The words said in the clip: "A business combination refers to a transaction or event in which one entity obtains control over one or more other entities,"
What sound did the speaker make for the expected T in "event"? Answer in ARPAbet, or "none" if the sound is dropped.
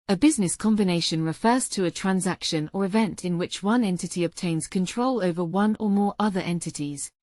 T